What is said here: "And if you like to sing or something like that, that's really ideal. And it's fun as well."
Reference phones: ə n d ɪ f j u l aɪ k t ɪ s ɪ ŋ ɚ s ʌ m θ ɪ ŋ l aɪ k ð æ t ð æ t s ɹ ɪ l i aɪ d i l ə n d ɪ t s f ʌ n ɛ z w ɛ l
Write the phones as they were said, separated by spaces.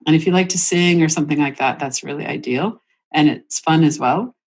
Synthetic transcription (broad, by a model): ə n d ɪ f j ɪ l aɪ k t ɪ s ɪ ŋ ɚ s ʌ m θ ɪ ŋ l aɪ k ð æ t ð æ t s ɹ ɪ l i aɪ d i l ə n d ɪ t s f ʌ n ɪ z w ɛ l